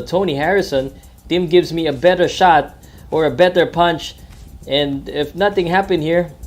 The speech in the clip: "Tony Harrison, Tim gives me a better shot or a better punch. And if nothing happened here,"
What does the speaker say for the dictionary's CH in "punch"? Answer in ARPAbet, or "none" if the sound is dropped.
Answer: CH